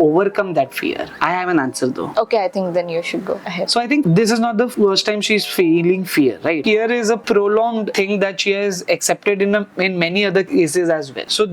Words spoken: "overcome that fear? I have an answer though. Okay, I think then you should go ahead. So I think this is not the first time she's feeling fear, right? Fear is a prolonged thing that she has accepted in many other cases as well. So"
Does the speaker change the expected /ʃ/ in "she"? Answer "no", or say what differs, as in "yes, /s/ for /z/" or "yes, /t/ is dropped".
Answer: no